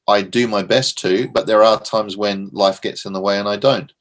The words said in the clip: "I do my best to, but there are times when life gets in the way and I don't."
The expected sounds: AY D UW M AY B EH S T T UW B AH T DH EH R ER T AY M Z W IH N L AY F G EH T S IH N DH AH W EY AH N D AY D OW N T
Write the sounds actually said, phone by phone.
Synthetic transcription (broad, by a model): AY D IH M AY B EH S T T UW B AH T DH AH R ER T AY M Z W IH N L AY F G EH T S IH N DH AH W EY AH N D AY D OW N T